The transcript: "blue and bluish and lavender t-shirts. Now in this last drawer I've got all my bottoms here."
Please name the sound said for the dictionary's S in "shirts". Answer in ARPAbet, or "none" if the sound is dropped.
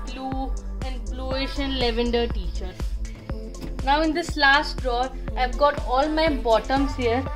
none